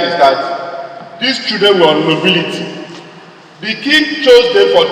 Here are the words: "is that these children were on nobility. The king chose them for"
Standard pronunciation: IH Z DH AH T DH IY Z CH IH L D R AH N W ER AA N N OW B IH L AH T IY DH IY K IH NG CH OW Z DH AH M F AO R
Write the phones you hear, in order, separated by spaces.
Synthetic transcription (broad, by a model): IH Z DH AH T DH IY S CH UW D AH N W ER AA N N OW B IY L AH T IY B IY K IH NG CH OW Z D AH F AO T